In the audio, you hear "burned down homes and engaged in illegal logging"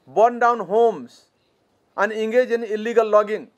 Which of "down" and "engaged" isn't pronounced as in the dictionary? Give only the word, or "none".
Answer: engaged